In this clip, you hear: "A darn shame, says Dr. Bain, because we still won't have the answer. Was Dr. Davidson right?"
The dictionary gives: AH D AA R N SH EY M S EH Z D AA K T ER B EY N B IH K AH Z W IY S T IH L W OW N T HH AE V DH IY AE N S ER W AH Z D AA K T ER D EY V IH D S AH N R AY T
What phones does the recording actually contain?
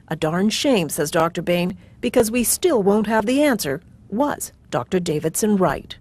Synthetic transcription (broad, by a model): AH D AA R N SH EY M S EH Z D AA K T ER B EY N B IH K AH Z W IY S T IH L W OW N T HH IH V DH IY AE N S ER W AH Z D AA K T ER D EY V IH D S AH N R AY T